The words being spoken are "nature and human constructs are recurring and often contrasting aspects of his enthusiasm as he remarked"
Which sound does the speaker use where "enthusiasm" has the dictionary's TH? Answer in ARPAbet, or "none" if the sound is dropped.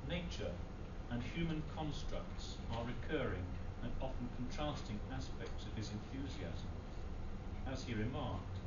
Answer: TH